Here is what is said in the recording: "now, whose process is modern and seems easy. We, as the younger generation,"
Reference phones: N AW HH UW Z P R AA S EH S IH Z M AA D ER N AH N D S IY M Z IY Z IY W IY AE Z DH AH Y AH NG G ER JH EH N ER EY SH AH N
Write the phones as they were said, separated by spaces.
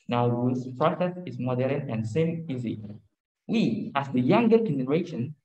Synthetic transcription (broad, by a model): N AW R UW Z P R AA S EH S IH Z M AA D ER N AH N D S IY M IY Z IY W IY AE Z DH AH Y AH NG G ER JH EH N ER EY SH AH N